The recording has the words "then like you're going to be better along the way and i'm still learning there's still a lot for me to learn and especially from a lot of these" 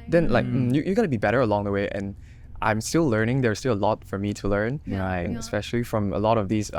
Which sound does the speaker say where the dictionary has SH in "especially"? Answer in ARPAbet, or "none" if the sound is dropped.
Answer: SH